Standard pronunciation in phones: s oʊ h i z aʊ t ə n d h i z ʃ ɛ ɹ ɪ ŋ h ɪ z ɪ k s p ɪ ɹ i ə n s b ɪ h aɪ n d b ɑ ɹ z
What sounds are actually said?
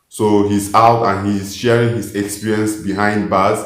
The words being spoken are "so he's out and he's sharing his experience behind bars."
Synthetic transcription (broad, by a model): s oʊ h i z aʊ t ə n h i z ʃ ɛ ɹ ɪ ŋ h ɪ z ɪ k s p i ɹ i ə n s b ɪ h aɪ n d b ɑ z